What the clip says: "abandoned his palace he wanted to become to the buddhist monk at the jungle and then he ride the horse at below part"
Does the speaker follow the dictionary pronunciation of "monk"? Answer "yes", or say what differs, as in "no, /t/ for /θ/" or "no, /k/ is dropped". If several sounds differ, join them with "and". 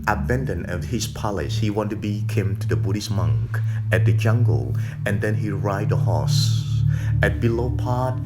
yes